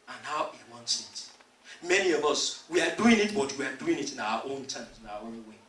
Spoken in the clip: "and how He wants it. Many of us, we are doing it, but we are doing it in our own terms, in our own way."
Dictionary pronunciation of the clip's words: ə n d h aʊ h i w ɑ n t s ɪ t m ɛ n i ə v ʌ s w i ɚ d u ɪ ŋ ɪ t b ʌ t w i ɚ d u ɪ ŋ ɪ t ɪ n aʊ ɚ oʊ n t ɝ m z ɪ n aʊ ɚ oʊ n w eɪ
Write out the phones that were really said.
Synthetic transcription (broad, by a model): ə n h aʊ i w ɑ n t s ɪ t m ɛ n i ə v ʌ s w i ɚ d u ɪ ŋ ɪ t b ʌ t w i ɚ d u ɪ ŋ ɪ t ɪ n aʊ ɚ oʊ n t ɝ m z ɪ n aʊ ɚ oʊ n w eɪ